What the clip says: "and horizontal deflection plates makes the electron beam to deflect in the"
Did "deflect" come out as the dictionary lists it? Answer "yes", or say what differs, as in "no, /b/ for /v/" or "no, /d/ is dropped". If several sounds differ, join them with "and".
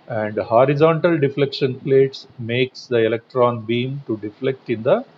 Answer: yes